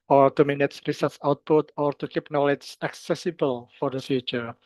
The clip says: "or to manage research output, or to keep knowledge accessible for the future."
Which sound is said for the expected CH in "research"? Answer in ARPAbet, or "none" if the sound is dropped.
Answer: S